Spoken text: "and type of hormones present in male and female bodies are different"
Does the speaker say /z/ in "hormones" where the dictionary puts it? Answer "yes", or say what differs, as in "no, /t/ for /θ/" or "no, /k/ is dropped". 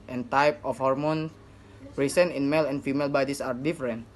no, /z/ is dropped